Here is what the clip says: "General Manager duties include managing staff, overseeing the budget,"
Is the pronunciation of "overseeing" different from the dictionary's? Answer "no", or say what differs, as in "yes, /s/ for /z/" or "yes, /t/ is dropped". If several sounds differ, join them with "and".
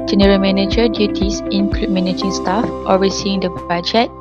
yes, /w/ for /v/